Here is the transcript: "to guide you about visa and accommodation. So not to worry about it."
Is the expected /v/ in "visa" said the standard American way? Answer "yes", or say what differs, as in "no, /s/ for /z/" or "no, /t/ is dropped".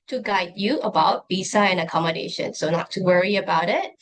no, /b/ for /v/